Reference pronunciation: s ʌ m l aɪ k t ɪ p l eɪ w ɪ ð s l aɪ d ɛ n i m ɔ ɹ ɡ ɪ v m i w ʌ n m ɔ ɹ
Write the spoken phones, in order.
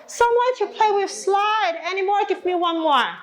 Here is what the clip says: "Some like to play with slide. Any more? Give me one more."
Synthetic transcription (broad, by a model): s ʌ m w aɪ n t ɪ p l eɪ w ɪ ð s l aɪ d ɛ n i m ɔ ɹ ɡ ɪ v m i w ʌ n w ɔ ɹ